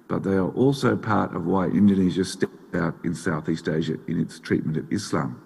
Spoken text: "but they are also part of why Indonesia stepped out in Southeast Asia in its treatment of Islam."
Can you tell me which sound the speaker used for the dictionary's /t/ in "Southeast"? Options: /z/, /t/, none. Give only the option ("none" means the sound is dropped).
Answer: /t/